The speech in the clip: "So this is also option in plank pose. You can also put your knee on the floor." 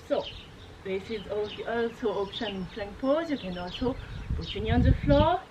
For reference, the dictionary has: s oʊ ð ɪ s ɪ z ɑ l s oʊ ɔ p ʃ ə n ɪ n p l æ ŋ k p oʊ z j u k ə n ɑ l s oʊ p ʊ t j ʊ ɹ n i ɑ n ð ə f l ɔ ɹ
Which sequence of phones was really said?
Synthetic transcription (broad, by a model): s oʊ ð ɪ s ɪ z ɑ l s oʊ ɔ p ʃ ə n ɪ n f l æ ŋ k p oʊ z j u k ə n ɑ l s oʊ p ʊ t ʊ n i ɑ n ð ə f l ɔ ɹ